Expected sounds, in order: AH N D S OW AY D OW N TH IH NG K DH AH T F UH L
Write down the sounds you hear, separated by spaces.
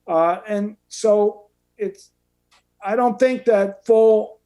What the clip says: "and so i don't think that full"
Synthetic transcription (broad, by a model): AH N S OW AY D OW N TH IH NG K DH AH T F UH L